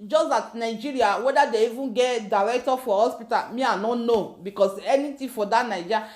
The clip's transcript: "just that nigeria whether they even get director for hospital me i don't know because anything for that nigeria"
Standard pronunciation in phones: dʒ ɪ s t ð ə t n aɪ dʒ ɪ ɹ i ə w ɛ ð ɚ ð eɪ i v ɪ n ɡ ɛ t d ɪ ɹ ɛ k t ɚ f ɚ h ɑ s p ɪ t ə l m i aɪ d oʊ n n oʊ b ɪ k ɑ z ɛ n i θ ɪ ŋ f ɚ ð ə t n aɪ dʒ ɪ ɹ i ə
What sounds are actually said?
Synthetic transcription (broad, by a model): dʒ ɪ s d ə t n aɪ dʒ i ɹ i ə w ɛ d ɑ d eɪ i v ɪ n ɡ ɛ t d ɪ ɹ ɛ k t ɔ f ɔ h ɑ s p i t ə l m i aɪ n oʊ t n oʊ b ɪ k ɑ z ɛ n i t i f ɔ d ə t n aɪ dʒ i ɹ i